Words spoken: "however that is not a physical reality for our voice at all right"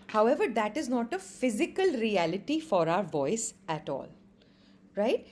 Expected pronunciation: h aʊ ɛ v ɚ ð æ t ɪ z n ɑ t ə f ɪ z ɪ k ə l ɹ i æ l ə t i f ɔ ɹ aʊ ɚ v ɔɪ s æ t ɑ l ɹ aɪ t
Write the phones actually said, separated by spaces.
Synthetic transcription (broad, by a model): h aʊ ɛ v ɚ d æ t ɪ z n ɑ t ə f ɪ z ɪ k ə l ɹ i æ l ə t i f ɔ ɹ aʊ ɚ v ɔɪ s æ t ɑ l ɹ aɪ t